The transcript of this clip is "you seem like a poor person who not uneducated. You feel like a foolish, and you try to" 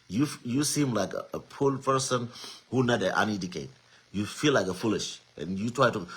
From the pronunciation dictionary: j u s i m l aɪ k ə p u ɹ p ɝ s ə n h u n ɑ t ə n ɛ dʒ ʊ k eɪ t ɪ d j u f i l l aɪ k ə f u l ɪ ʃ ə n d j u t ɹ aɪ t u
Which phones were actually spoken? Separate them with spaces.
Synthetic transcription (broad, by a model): j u s i m l aɪ k ə p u l p ɝ s ə n h u n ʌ t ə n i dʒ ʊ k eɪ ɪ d j u f i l l aɪ k ə f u l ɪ ʃ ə n j u t ɹ aɪ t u